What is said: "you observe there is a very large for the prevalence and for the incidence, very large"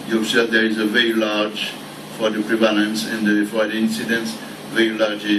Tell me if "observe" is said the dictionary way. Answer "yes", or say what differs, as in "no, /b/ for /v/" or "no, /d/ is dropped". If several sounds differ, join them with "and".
no, /s/ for /z/